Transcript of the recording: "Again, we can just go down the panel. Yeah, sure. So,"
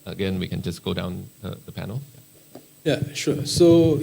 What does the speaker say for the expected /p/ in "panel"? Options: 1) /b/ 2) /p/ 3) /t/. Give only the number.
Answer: 2